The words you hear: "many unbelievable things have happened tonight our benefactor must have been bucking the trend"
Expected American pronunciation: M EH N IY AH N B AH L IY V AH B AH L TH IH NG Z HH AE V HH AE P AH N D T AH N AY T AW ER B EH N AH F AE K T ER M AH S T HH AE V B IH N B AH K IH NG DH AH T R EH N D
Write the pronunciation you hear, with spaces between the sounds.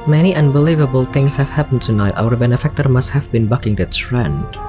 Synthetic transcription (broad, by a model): M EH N IY AH N B AH L IY V AH B AH L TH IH NG S HH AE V HH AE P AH N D T AH N AY T AW ER B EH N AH F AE K T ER M AH S T HH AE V B IH N B AH K IH NG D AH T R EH N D